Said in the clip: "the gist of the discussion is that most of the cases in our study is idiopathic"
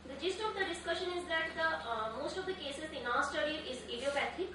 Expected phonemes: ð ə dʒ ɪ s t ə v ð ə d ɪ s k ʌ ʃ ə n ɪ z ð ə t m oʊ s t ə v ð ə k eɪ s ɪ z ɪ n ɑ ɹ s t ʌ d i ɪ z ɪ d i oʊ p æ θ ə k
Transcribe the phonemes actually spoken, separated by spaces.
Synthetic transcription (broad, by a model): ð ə dʒ ɪ s t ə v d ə d ɪ s k ʌ ʃ ə n ɪ z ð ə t m oʊ s t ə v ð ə k eɪ s ɪ z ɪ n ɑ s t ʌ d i ɪ z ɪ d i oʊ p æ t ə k